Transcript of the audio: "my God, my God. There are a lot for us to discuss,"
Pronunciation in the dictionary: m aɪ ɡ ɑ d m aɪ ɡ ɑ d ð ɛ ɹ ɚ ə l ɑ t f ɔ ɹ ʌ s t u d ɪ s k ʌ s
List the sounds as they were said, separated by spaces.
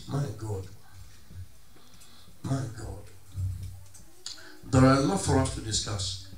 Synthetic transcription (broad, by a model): m aɪ ɡ ɑ d m aɪ ɡ ɑ d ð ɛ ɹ ə n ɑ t f ɔ ɹ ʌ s t u d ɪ s k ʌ s